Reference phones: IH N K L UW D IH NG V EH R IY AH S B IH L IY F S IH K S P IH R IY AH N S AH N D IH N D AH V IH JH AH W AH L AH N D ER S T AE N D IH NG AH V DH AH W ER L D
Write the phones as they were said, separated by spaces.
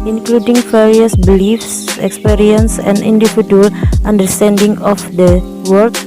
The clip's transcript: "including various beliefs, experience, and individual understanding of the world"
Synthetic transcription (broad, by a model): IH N K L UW D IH NG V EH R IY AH S B IH L IY F S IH K S P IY R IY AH N S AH N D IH N D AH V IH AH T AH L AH N D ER S T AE N D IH NG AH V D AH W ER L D